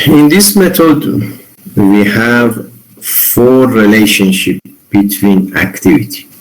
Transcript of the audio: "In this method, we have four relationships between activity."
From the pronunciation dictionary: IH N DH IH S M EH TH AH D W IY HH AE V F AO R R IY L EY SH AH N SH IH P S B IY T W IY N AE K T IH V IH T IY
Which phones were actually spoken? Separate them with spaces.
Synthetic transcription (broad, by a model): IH N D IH S M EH T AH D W IY HH AE V F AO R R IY L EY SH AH N SH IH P B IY T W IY N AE K T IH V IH T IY